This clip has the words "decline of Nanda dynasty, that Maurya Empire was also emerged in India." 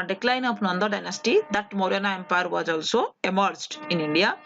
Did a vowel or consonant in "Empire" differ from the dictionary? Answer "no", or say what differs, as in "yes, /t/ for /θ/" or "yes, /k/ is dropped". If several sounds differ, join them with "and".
no